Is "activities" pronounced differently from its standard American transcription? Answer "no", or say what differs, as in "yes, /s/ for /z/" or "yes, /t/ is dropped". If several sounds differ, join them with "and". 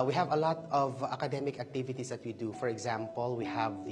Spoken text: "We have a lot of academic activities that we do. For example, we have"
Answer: yes, /s/ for /z/